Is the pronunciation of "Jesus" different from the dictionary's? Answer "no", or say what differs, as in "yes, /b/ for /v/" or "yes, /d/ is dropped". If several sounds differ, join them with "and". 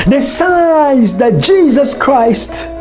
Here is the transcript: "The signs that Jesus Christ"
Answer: no